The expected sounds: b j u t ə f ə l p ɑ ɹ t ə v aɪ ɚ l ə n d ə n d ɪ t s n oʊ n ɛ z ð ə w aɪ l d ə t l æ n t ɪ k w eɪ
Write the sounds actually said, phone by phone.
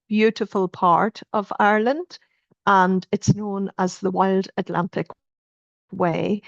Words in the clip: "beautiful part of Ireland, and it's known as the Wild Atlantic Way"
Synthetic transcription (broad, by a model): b j u t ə f ə l p ɑ ɹ t ə v aɪ ɚ l ə n d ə n ɪ t s n oʊ n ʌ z ð ə w aɪ l d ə t l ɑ n t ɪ k w eɪ